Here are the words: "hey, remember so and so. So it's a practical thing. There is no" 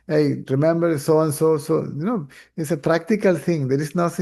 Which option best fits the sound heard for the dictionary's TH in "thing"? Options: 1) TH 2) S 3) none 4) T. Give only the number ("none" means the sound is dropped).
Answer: 4